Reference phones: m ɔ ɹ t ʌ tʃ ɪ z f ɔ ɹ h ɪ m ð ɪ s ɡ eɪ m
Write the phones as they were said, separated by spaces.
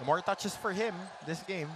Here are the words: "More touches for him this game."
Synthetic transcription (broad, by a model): m ɔ ɹ t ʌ tʃ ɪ s f ɔ ɹ h ɪ m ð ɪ s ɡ eɪ m